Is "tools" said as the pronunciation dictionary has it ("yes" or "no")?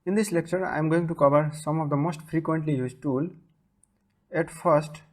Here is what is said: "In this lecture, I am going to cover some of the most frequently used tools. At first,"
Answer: no